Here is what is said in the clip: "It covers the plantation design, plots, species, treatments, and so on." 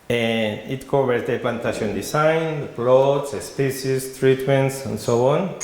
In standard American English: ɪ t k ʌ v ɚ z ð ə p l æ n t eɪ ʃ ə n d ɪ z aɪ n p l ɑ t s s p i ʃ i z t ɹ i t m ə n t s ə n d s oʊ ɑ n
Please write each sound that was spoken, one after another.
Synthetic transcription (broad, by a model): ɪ t k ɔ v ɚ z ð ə p l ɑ n t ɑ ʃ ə n d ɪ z aɪ n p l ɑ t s s p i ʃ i s t ɹ i t m ə n t s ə n s oʊ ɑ n